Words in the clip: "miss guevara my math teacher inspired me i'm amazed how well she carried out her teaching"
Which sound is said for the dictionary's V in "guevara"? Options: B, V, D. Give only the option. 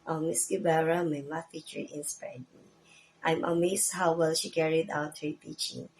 B